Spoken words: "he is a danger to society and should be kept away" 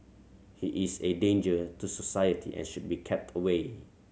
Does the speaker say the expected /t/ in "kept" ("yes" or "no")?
yes